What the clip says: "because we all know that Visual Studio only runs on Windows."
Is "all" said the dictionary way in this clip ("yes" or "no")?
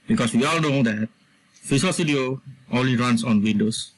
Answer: yes